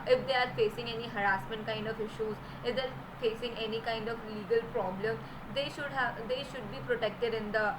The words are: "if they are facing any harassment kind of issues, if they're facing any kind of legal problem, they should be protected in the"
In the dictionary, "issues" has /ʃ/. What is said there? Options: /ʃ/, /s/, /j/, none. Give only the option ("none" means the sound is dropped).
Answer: /ʃ/